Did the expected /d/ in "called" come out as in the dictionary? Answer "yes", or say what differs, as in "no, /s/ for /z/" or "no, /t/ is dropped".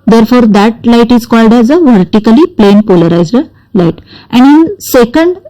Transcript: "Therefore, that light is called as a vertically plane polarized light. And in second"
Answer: yes